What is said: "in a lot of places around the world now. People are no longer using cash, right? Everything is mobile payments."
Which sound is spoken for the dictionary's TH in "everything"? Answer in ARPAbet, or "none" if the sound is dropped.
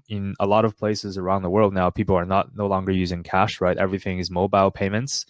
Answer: TH